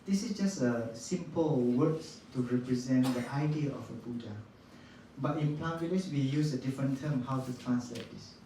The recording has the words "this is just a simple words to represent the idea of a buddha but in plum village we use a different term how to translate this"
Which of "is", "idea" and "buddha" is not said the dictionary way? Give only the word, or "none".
is